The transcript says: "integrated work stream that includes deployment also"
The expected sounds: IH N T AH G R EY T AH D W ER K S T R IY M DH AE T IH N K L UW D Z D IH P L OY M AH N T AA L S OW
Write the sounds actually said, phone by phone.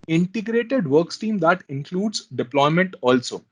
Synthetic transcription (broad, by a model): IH N T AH G R EY T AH D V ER K S T IY M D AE T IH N K L UW D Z D IH P L OY M AH N T AA L S OW